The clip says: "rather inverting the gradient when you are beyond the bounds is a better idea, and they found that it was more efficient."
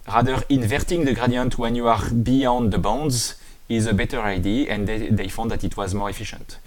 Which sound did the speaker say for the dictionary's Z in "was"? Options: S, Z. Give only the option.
Z